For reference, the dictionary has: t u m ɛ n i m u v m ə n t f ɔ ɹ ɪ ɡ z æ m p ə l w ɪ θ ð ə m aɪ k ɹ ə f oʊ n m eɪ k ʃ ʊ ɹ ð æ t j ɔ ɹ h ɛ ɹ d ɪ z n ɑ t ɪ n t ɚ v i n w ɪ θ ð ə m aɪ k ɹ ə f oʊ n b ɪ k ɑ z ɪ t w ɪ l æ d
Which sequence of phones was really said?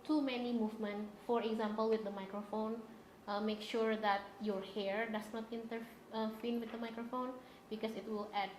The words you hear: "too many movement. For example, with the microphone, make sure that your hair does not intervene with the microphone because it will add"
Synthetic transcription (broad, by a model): t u m ɛ n i m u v m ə n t f ɔ ɹ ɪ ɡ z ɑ m p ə l w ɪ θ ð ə m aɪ k ɹ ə f oʊ n m eɪ k ʃ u ɹ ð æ t j ɔ ɹ h ɛ ɹ d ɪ s n ɑ t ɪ n t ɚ f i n w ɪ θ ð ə m aɪ k ɹ ə f oʊ n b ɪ k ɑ s ɪ t w ɪ l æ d